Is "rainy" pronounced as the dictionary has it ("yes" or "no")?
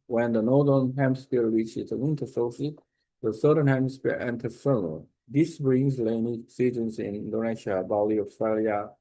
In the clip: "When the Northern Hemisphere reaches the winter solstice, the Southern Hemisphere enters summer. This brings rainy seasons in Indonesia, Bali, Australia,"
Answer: no